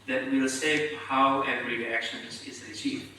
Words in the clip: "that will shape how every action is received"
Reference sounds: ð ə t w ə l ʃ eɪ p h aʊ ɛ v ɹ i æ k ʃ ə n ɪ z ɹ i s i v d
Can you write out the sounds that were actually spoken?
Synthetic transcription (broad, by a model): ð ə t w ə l s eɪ h aʊ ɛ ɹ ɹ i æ k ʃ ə n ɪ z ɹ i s i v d